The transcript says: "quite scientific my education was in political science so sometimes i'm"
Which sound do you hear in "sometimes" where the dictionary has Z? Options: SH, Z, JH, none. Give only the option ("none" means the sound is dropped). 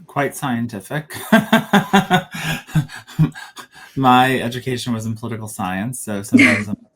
Z